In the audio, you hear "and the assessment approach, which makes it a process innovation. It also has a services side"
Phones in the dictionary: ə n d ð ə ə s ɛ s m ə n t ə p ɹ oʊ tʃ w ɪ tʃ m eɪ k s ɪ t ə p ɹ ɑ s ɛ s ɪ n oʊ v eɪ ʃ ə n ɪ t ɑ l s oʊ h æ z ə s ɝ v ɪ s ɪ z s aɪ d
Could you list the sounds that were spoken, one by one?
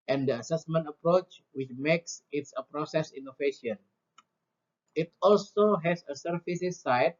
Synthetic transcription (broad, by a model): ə n d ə ə s ɛ s m ə n t ə p ɹ oʊ tʃ w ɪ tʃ m eɪ k s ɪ t ə p ɹ ɑ s ɛ s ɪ n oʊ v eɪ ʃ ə n ɪ t ɑ l s oʊ h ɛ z ə s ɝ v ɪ s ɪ s aɪ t